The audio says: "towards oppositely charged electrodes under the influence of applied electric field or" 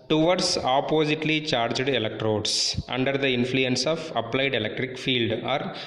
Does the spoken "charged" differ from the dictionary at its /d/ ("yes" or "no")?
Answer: no